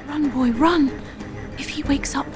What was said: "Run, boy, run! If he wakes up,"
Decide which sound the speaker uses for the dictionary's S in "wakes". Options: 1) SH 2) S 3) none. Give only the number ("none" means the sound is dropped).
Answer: 2